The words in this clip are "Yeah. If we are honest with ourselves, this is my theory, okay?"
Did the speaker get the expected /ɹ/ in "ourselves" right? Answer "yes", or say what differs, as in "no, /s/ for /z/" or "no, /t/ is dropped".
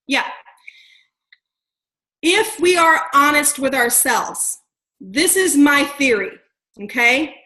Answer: yes